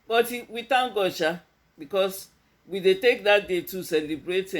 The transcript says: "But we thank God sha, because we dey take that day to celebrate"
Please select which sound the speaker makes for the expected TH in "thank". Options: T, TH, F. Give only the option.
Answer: T